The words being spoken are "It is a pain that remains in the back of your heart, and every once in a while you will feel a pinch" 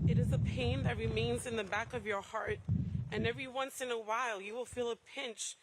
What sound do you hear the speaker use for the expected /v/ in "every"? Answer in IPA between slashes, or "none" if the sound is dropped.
/v/